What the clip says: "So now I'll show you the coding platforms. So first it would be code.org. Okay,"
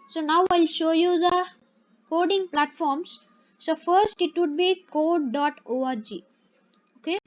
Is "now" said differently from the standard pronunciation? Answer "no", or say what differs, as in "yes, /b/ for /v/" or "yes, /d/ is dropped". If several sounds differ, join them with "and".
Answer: no